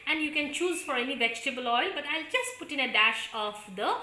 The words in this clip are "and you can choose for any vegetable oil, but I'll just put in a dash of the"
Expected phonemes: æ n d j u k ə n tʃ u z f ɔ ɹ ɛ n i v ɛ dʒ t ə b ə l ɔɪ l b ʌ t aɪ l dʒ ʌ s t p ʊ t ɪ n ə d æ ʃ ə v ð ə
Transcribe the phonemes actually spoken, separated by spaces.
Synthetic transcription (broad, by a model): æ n d j u k ə n tʃ u z f ɔ ɹ ɛ n i v ɛ dʒ t ə b ə l ɔɪ l b ʌ t aɪ l dʒ ʌ s t p ʊ t ɪ n ə d æ ʃ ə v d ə